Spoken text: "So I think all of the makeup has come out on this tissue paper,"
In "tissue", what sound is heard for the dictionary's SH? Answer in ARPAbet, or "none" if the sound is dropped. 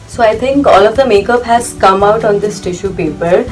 SH